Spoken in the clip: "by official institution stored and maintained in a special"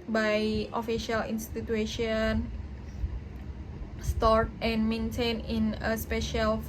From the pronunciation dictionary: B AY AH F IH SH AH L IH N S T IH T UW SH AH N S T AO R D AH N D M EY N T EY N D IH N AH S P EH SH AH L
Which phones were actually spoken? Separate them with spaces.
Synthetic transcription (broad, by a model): B AY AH F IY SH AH L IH N S T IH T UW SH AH N S T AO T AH N M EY N T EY N IH N AH S P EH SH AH L